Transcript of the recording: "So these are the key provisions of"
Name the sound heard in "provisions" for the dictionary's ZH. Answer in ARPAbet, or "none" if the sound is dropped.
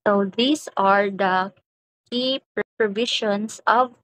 SH